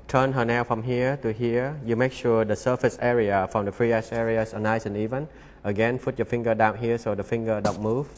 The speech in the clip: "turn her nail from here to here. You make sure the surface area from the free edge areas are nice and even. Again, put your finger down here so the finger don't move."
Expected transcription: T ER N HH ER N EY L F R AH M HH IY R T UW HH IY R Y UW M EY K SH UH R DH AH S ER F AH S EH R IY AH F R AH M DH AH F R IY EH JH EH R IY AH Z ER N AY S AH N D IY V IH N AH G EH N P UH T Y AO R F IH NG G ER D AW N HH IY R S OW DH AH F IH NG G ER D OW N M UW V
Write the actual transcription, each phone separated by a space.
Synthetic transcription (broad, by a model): T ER N HH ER N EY W F R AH M HH IY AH T UW HH IY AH Y UW M EY K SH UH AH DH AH S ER F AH S EH R IY AH F R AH M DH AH F R IY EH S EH R IY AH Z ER N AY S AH N IY V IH N AH G EH N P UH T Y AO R F IH NG G ER D AW N HH IY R S OW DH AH F IH NG G ER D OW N M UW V